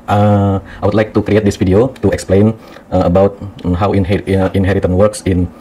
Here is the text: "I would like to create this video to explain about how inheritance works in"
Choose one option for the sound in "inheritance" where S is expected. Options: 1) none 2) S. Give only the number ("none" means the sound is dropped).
1